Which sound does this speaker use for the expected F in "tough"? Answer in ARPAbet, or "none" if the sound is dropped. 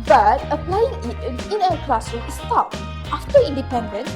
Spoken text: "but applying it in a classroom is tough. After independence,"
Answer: P